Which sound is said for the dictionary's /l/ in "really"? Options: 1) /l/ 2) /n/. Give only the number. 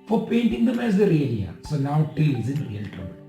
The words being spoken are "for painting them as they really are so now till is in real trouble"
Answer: 2